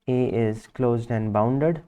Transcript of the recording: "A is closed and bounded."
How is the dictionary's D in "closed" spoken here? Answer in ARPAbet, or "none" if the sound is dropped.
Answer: D